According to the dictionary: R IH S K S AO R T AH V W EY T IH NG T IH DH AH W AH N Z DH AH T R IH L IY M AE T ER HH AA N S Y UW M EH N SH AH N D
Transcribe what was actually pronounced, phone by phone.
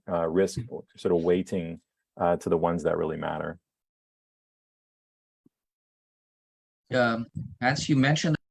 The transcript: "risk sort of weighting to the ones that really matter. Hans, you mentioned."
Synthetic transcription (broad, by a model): R IH S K S AO R T AH V W EY T IH NG T IH DH AH W AH N Z DH AH T R IH L IY M AE T ER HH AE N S Y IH M EH N SH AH N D